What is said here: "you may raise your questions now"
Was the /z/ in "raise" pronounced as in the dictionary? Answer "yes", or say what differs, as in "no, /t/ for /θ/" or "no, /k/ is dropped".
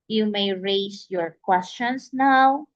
no, /s/ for /z/